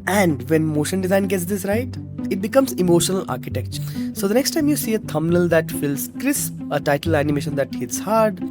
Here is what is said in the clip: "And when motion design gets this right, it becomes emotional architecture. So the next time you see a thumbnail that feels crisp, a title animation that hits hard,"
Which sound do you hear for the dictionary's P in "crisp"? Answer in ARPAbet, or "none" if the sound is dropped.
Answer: none